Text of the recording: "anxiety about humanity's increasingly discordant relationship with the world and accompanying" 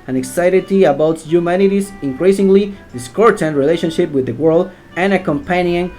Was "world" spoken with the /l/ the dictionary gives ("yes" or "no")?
yes